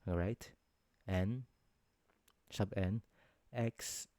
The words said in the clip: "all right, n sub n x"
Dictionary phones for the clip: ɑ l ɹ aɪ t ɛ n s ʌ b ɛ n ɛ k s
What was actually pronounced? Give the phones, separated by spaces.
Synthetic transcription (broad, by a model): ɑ ɹ aɪ t ɛ n ʃ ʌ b ɛ n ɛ k s